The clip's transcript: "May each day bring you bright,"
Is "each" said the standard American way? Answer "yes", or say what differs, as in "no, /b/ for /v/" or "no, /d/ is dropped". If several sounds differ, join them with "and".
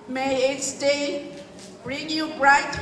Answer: no, /s/ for /tʃ/